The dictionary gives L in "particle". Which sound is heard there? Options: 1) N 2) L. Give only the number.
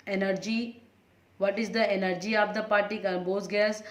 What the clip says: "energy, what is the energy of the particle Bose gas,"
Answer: 1